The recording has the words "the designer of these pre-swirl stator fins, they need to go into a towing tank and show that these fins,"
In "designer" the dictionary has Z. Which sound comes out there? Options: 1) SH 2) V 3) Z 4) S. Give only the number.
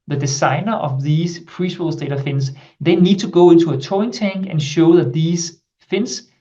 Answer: 4